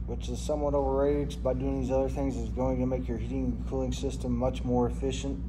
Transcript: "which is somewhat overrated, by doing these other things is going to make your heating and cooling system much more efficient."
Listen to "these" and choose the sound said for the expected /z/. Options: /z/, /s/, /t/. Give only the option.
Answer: /z/